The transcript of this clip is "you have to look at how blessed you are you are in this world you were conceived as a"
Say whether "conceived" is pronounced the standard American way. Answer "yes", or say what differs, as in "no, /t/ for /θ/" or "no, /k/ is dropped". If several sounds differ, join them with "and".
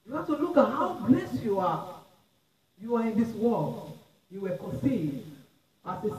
no, /v/ is dropped